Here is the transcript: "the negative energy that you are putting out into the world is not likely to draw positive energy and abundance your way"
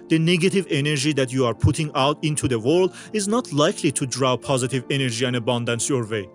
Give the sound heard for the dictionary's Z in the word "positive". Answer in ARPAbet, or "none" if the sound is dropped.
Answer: Z